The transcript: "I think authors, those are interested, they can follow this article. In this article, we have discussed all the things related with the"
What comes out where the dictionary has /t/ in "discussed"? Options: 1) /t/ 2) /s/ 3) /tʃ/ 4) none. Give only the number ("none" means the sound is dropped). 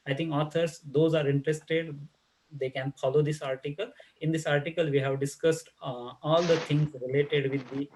1